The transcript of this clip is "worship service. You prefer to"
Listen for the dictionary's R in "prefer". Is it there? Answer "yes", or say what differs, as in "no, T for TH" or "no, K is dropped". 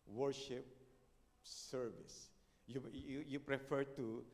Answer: yes